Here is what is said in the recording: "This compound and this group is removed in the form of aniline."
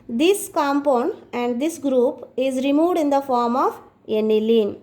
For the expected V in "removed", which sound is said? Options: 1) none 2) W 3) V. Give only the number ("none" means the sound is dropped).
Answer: 3